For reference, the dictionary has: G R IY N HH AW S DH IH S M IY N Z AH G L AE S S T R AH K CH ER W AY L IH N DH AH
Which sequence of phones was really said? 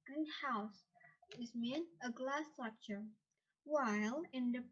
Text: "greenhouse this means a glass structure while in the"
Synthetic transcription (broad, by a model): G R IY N HH AW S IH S M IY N AH G L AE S S T R AH K CH ER W AY L IH N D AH